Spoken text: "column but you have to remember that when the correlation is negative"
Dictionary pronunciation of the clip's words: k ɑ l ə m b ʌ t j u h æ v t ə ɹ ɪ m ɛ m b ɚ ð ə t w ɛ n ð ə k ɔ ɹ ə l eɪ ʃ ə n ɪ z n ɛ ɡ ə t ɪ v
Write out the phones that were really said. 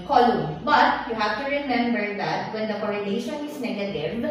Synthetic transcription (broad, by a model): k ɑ l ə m b ʌ t j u h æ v t ə ɹ ɪ m ɛ m b ɚ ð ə t w ɛ n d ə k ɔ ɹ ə n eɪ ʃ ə n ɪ s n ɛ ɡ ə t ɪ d